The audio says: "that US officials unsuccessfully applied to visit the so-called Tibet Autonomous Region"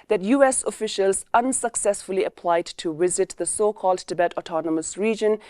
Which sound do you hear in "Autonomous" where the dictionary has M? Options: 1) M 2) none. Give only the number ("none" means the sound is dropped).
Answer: 1